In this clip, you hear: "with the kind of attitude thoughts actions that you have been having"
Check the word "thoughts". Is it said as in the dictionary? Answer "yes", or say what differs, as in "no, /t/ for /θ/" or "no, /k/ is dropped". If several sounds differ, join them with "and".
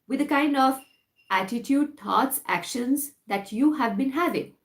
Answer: no, /t/ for /θ/